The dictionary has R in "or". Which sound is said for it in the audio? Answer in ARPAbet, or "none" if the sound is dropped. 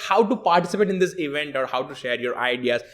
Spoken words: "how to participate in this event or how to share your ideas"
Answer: R